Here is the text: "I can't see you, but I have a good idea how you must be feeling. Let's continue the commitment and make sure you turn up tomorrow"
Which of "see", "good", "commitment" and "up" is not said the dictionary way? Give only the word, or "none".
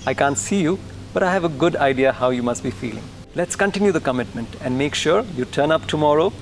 none